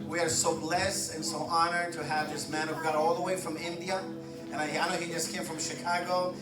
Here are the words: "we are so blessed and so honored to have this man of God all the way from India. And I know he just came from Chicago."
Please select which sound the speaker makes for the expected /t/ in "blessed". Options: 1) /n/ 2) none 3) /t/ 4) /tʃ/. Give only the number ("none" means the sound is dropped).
2